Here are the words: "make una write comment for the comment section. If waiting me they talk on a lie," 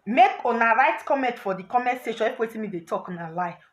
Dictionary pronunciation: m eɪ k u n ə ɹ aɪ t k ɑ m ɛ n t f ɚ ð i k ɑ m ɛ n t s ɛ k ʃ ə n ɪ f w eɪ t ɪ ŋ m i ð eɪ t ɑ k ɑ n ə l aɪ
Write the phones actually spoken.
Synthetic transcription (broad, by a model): m eɪ k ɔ n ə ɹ aɪ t k ɑ m ɛ n t f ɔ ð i k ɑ m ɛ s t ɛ ʃ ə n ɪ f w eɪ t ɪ m i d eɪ t ɑ k ɑ n ə l aɪ